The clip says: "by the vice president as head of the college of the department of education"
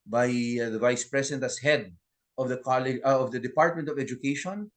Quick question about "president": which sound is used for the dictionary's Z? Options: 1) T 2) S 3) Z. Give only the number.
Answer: 2